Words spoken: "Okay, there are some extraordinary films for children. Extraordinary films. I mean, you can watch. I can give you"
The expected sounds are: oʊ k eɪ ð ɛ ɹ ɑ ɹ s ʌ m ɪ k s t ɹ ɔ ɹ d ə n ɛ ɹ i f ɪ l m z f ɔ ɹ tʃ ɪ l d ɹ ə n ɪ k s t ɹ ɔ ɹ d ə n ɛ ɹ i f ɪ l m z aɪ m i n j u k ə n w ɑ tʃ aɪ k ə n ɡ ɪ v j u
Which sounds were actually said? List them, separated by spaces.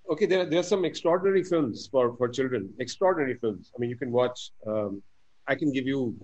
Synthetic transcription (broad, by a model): oʊ k eɪ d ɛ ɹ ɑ ɹ s ʌ m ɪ k s t ɹ ɔ ɹ d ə n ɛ ɹ i f ɪ l m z f ɔ ɹ tʃ ɪ l d ɹ ə n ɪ k s t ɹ ɔ ɹ d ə n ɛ ɹ i f ɪ l m z aɪ m i n j u k ə n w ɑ tʃ aɪ k ə n ɡ ɪ v j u